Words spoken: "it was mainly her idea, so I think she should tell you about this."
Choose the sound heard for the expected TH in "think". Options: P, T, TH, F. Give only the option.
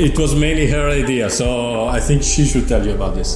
TH